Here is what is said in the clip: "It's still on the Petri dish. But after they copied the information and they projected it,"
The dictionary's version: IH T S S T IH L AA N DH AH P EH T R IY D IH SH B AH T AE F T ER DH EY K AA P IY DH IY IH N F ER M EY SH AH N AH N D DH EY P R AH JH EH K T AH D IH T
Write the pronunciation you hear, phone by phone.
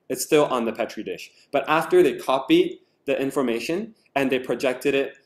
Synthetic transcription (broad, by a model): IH T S S T IH L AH N DH AH P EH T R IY D IH SH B AH T AE F T ER DH EY K AA P IY DH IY IH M F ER M EY SH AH N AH N DH EY P R AH JH EH K T AH D IH T